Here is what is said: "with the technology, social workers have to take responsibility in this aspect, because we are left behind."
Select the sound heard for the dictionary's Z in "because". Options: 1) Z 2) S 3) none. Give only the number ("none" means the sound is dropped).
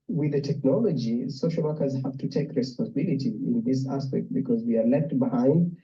1